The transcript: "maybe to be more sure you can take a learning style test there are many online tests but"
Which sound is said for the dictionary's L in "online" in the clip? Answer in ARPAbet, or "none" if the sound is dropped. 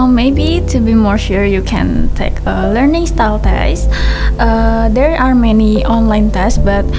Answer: L